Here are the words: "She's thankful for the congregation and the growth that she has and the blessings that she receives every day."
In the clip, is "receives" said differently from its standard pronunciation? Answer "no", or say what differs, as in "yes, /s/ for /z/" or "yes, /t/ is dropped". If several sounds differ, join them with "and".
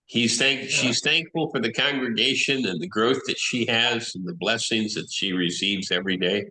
no